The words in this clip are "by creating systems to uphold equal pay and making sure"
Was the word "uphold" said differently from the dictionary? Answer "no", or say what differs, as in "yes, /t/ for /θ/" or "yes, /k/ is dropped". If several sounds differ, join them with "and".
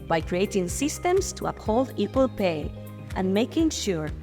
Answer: no